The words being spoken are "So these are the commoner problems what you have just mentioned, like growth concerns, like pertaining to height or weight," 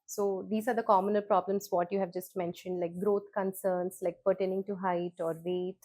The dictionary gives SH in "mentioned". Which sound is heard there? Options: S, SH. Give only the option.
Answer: SH